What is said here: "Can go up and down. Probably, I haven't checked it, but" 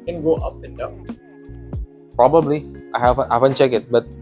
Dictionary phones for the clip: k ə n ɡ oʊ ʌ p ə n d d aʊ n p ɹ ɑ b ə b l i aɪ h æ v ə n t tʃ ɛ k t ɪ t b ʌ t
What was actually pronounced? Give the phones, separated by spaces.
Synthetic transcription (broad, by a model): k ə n ɡ oʊ ʌ p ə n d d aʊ p ɹ ɑ b ə b l i aɪ h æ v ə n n tʃ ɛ k ɪ t b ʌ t